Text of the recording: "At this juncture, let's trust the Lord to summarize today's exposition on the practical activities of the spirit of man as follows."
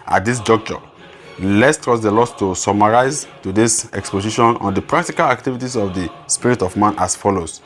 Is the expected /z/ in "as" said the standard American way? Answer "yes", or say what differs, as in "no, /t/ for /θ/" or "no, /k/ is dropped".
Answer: no, /s/ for /z/